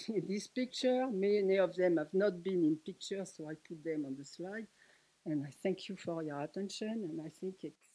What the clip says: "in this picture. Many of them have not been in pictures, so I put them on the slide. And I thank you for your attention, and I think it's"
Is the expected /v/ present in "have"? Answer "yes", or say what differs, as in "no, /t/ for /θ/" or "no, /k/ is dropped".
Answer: yes